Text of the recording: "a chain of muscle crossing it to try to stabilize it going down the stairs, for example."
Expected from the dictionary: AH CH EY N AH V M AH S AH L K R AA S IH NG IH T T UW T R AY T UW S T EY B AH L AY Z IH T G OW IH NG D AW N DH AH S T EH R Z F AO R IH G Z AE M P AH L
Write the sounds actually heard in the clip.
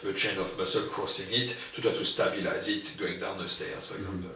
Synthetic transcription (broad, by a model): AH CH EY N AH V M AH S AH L K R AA S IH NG IH T T UW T AY T UW S T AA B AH L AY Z IH T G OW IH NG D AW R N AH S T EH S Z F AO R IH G Z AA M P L